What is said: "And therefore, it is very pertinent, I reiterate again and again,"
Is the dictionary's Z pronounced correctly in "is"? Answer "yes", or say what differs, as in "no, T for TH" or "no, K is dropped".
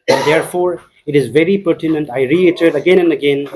yes